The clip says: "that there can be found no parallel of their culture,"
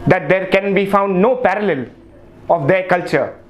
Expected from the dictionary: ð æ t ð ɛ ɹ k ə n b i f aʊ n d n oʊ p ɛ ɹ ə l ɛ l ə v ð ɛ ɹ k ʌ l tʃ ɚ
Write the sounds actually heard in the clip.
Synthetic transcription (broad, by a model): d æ t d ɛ ɹ k ə n b i f aʊ n d n oʊ p ɛ ɹ ə l ɛ l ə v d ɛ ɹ k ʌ l tʃ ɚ